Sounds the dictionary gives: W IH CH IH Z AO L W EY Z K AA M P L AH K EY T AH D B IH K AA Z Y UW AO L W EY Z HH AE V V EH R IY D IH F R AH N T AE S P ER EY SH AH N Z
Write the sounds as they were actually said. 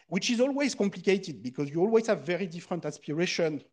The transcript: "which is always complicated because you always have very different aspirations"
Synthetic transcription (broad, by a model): W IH CH IH Z AO L W EY Z K AA M P L AH K EY T AH D B IH K AA Z Y UW AO L W EY Z HH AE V V EH R IY D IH F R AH N T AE S P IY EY SH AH N